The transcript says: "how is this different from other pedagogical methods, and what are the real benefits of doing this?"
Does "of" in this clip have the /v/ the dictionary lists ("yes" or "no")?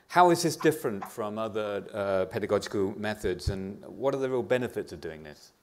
yes